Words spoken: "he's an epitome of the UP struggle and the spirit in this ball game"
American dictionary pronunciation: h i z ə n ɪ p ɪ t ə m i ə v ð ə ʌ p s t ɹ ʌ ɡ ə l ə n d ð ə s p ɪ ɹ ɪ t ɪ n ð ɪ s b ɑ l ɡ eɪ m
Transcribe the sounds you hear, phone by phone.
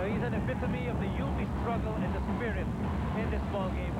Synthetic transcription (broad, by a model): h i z ə n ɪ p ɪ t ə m i ə v ð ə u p s t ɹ ʌ ɡ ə l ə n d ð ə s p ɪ ɹ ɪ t ɪ n ð ɪ s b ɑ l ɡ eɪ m